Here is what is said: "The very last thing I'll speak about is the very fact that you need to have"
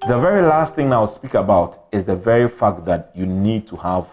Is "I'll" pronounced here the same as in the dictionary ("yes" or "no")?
no